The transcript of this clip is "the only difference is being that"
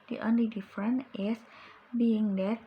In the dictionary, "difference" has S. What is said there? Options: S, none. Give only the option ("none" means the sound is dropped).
none